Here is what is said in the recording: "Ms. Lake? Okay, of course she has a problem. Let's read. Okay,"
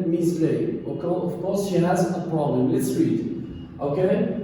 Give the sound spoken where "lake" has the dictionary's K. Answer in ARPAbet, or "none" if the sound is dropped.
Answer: none